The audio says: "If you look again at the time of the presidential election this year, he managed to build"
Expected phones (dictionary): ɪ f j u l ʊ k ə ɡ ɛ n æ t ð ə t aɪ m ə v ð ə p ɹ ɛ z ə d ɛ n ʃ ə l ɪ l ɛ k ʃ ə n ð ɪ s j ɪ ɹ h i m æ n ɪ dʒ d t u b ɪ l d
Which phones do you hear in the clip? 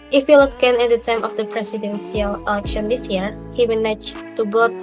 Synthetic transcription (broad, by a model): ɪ f j u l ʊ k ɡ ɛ n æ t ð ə t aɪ m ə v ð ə p ɹ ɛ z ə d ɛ n s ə l ɪ l ɛ k ʃ ə n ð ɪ s j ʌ ɹ h i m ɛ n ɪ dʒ t u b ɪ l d